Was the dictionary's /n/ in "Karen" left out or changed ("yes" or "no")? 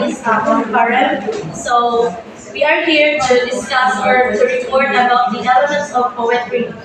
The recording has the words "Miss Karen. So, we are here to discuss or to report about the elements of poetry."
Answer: yes